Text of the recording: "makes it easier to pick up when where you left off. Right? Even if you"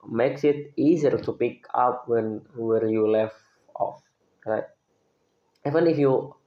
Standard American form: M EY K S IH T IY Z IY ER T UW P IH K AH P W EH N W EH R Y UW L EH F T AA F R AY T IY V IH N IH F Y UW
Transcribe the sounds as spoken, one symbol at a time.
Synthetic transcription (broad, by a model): M EY K S IH T IY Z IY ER T UW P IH K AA P W EH N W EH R Y UW L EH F AA F R AY T IY V IH N IH F Y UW